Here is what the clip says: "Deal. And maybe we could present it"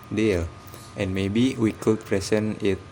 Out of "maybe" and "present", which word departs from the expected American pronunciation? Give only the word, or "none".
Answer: present